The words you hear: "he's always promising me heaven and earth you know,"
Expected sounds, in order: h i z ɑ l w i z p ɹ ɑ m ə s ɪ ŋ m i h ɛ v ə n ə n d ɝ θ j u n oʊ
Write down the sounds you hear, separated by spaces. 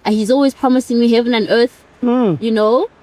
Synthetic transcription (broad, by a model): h i z ɑ l w i z p ɹ ɑ m ə s ɪ ŋ m i h ɛ v ə n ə n ɝ θ j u n oʊ